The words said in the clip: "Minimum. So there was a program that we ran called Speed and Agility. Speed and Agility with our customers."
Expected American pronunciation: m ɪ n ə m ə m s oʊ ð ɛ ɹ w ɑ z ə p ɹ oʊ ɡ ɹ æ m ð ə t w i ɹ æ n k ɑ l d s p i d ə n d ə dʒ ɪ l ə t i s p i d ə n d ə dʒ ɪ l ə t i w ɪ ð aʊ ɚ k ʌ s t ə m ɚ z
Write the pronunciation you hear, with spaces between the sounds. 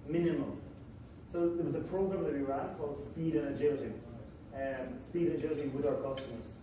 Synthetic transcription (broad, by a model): m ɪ n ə m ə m s oʊ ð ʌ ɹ w ɑ z ə p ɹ oʊ ɡ ɹ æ m ð ə t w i ɹ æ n k ɑ l d s p i d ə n ə dʒ ɪ l ə t i s p i d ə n ə dʒ ɪ l ə t i w ɪ ð aʊ ɚ k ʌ s t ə m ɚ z